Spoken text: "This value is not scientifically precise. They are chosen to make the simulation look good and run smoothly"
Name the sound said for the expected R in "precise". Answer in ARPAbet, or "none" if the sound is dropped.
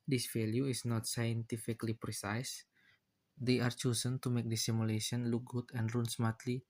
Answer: R